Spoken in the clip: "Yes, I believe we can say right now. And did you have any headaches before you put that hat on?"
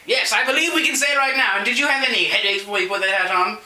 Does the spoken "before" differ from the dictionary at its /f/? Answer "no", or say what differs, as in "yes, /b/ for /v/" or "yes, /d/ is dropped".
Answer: yes, /f/ is dropped